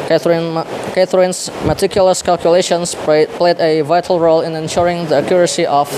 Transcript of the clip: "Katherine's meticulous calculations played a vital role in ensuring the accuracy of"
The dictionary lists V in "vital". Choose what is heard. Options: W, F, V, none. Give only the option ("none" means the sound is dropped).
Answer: V